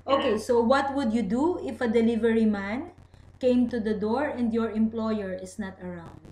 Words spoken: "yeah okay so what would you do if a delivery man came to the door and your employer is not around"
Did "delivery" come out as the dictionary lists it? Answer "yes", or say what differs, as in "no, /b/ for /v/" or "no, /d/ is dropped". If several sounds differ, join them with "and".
yes